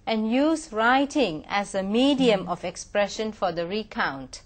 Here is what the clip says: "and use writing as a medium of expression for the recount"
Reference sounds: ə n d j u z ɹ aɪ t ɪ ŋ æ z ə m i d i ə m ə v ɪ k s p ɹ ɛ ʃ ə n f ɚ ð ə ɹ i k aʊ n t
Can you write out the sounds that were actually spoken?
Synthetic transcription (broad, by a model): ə n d j u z ɹ aɪ t ɪ ŋ æ z ə m i d i ə m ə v ɪ k s p ɹ ɛ ʃ ə n f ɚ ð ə ɹ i k aʊ n t